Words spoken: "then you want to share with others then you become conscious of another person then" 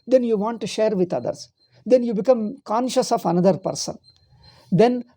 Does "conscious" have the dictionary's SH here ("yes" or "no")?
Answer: yes